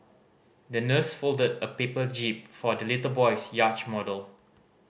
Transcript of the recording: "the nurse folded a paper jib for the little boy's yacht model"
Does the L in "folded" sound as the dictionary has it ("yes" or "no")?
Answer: yes